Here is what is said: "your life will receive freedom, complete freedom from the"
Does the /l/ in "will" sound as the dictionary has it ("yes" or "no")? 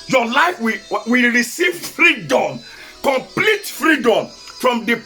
no